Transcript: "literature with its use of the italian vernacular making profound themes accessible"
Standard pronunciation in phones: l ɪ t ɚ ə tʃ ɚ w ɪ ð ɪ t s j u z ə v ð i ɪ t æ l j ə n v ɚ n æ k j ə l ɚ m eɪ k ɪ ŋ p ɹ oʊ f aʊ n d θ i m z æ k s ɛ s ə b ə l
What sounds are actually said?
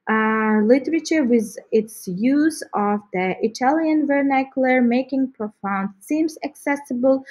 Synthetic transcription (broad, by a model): l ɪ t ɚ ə tʃ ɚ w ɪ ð ɪ t s j u z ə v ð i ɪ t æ l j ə n v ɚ n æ k j l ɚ m eɪ k ɪ ŋ p ɹ oʊ f aʊ n d s i m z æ k s ɛ s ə b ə l